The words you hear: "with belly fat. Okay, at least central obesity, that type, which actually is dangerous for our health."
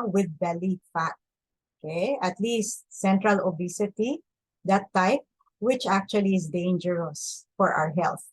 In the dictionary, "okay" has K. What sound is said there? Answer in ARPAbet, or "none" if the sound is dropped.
K